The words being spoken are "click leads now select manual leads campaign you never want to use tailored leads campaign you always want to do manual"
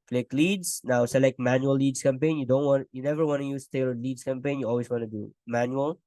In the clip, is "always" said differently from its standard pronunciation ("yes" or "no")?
yes